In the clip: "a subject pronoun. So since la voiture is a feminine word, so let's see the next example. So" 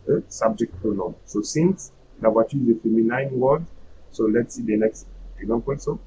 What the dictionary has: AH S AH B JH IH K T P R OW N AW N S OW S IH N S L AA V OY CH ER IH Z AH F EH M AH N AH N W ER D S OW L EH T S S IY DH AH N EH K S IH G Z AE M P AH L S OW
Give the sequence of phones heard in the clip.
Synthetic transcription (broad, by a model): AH S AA B JH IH K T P OW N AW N S OW S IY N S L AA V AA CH IH Z AH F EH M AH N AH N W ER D S OW L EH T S S IY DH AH N EH K S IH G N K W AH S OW